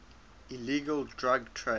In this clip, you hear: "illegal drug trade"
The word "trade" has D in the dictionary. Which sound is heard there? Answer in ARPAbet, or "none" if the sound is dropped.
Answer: none